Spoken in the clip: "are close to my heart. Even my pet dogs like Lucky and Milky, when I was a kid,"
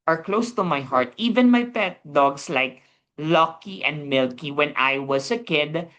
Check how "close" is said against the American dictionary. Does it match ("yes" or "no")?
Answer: yes